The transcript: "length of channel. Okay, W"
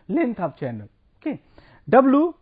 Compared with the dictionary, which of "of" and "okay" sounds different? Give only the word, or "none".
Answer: of